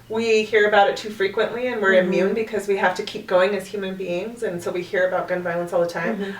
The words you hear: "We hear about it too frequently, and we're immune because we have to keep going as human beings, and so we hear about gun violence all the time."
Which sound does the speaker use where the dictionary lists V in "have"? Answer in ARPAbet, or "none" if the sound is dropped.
F